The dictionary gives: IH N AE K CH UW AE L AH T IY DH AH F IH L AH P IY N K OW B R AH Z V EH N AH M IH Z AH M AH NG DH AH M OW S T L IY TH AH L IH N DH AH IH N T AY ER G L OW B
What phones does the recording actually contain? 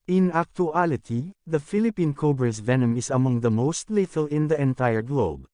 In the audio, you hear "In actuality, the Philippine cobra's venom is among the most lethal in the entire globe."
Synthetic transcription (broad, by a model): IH N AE K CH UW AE L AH T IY DH AH F IH L AH P IY N K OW B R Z V EH N AH M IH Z AH M AH NG DH AH M OW S T L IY T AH L IH N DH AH IH N T AY ER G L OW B